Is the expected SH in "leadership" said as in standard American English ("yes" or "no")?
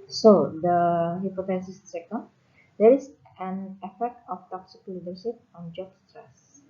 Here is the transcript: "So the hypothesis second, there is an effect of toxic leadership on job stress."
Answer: no